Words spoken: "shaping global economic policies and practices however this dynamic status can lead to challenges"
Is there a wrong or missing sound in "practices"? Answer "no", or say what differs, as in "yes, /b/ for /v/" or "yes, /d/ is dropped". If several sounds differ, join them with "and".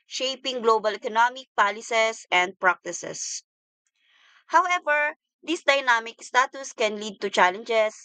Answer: yes, /s/ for /z/